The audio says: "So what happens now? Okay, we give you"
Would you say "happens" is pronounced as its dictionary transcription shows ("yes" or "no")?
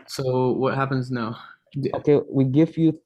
yes